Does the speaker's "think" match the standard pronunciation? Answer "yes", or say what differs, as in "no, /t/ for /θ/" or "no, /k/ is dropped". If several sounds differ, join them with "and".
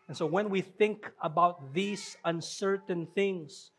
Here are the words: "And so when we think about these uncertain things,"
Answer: yes